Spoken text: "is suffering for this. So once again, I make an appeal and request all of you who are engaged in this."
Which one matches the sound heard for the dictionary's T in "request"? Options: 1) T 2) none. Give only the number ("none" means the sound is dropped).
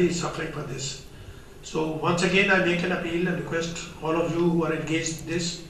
1